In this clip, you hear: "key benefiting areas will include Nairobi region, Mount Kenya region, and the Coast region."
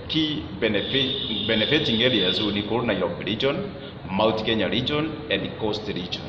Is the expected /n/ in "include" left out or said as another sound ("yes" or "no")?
yes